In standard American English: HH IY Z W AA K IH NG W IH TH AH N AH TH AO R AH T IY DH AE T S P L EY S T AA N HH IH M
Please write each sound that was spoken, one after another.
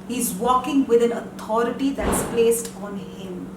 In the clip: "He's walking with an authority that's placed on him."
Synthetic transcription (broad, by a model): HH IY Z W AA K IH NG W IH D AH N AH T AO R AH T IY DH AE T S P L EY S T AA N HH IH M